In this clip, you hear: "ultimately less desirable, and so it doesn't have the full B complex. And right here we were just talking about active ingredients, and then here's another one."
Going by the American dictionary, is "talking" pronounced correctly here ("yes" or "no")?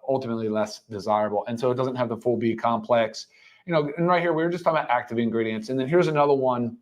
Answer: no